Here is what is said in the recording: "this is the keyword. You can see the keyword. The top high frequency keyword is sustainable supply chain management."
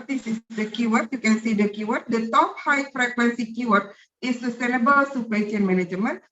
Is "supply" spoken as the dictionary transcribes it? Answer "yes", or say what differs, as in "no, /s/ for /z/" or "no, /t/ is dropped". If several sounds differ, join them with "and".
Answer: no, /l/ is dropped